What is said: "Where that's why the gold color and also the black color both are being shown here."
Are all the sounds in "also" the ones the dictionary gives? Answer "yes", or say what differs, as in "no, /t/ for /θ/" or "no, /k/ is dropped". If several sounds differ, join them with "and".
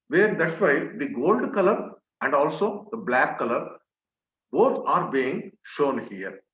yes